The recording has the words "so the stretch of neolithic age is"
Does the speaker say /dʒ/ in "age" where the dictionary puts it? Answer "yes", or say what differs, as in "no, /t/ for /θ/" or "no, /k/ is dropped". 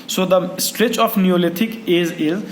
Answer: no, /z/ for /dʒ/